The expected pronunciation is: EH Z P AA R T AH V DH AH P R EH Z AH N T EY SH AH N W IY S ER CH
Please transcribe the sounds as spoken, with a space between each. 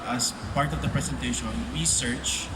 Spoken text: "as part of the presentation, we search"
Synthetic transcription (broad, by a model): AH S P AA R T AH V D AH P R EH S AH N T EY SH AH N W IY S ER CH